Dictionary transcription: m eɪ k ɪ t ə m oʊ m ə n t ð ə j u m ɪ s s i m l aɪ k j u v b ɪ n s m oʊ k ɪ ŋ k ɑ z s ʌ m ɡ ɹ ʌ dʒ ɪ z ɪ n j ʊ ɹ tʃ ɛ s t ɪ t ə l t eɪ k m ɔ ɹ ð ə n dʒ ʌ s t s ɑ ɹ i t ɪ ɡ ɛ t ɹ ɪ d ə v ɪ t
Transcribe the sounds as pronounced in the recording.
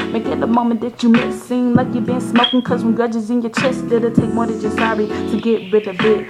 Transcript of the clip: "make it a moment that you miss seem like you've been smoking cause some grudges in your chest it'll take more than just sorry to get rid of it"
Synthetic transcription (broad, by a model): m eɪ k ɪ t ə m oʊ m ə n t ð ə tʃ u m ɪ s s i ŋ l aɪ k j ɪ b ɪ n s m oʊ k ɪ ŋ k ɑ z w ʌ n ɡ ɹ ʌ dʒ ɪ z ɪ n j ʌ ɹ tʃ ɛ s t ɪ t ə t eɪ k m ɔ ɹ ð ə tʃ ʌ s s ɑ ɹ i t ɪ ɡ ɛ t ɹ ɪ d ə b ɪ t